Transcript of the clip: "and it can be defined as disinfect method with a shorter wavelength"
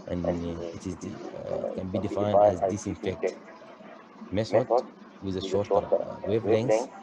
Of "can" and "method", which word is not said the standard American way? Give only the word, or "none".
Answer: method